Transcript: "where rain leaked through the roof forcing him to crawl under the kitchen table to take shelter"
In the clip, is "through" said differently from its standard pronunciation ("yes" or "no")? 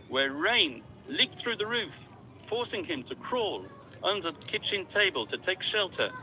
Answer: no